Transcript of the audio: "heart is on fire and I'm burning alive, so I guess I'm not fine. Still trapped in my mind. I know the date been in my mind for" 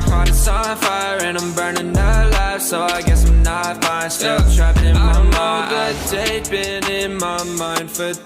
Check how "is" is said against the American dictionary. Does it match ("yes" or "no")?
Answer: no